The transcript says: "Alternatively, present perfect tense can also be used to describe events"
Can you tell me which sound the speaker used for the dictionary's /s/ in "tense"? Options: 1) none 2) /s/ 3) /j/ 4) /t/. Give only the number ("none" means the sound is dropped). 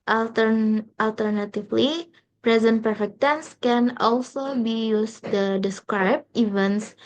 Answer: 2